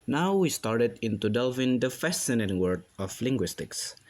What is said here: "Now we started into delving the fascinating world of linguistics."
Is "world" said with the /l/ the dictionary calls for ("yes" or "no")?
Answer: no